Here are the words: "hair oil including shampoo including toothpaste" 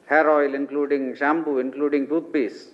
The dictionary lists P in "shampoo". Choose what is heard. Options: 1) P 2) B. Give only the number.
2